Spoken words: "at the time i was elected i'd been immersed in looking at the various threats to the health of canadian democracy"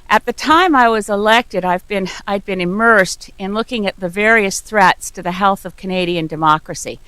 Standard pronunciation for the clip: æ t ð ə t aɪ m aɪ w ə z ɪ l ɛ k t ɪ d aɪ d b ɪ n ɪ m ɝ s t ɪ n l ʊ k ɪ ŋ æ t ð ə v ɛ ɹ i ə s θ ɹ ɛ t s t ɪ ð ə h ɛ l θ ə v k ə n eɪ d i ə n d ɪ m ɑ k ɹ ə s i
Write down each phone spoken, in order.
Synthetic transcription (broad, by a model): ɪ t ð ə t aɪ m aɪ w ə z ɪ l ɛ k t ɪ d aɪ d b ɪ n ɪ m ɝ s t ɪ n l ʊ k ɪ ŋ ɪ t ð ə v ɛ ɹ i ə s θ ɹ ɛ t s t ɪ ð ə h ɛ l θ ə v k ə n eɪ d i ə n d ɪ m ɑ k ɹ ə s i